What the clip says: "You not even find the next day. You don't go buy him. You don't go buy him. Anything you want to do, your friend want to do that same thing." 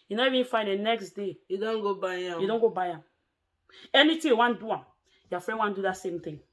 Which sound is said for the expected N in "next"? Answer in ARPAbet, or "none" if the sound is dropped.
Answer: N